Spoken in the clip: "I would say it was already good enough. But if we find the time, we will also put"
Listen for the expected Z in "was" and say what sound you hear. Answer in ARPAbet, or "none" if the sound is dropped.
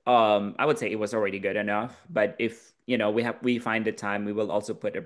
Z